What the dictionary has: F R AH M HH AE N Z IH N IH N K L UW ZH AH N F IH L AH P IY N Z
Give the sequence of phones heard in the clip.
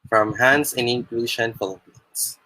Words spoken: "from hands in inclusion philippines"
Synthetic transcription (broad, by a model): F R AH M HH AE N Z IH N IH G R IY SH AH N F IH L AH P IY N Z